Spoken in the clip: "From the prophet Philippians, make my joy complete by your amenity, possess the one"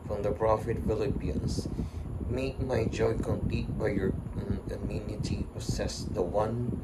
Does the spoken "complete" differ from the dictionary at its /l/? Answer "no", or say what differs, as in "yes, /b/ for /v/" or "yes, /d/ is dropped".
no